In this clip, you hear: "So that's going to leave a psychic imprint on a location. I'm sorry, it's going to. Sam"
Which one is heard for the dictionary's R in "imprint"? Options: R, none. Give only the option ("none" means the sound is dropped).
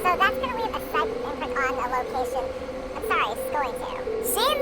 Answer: none